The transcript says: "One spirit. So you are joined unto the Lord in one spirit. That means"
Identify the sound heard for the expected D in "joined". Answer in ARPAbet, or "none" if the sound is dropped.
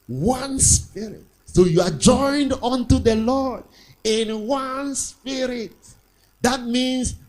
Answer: D